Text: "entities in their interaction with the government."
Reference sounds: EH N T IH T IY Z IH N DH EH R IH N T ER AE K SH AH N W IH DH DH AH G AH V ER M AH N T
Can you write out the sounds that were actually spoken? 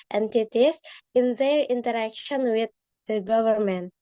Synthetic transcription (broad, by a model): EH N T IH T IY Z IH N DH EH R IH N T ER AE K SH AH N W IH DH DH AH G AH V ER M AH N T